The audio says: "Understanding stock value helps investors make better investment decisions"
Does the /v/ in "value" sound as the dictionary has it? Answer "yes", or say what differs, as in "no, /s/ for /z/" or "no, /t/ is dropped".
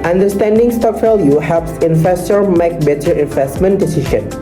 no, /f/ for /v/